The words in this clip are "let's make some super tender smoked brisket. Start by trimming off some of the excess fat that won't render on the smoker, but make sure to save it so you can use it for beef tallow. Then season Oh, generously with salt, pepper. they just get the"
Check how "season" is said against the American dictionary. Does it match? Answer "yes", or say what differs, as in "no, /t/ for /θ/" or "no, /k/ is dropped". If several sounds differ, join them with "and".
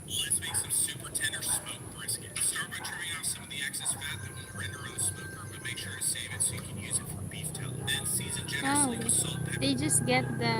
yes